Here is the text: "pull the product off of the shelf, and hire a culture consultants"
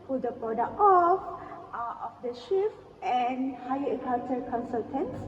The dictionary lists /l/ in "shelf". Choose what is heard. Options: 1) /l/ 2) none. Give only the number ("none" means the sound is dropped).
2